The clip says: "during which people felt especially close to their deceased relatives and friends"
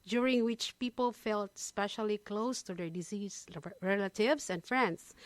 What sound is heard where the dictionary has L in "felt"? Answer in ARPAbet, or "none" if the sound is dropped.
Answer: L